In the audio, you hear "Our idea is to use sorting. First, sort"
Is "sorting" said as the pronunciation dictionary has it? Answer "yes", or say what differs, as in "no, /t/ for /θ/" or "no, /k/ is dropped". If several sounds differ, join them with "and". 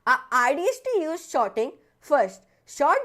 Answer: no, /ʃ/ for /s/